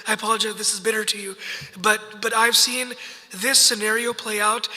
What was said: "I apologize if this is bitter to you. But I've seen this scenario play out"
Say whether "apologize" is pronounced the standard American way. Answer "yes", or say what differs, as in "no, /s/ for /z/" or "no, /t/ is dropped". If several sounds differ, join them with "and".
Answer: no, /z/ is dropped